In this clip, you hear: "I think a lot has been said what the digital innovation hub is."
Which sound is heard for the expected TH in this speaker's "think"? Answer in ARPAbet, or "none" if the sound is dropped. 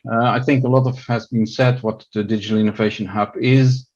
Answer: TH